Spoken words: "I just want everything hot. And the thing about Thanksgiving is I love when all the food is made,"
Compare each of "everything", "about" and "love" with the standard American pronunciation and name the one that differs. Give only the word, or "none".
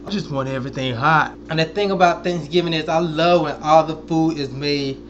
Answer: none